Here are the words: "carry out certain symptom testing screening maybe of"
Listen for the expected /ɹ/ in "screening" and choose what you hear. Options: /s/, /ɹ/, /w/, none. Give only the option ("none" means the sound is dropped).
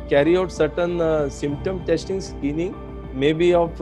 none